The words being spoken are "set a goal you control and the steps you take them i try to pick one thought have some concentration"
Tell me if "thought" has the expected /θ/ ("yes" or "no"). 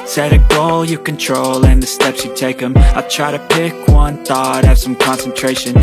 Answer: yes